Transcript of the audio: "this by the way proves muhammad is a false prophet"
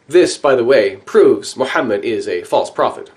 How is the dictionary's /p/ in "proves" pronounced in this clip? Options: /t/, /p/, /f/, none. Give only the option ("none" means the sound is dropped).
/p/